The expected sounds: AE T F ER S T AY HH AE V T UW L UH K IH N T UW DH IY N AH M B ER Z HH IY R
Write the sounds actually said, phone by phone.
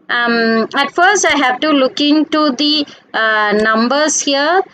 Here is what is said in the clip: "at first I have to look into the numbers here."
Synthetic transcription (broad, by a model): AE T F ER S T AY HH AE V T UW L UH K IH N T UW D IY N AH M B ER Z HH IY R